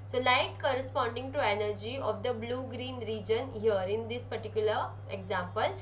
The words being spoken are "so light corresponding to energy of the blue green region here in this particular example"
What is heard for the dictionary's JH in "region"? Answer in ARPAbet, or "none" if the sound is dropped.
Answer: JH